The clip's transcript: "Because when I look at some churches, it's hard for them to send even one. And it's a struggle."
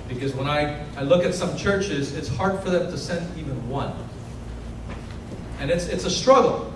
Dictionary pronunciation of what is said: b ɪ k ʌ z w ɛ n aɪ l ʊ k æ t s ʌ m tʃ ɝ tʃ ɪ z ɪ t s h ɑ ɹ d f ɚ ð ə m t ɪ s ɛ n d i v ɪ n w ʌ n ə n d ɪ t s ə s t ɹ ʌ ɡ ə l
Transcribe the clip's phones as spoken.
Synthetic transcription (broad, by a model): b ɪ k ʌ z w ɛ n aɪ l ʊ k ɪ t s ʌ m tʃ ɝ tʃ ɪ z ɪ t s h ɑ ɹ d f ɚ ð ə m t ɪ s ɛ n d i v ɪ n w ʌ n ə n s ɪ t s ə s t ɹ ʌ ɡ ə l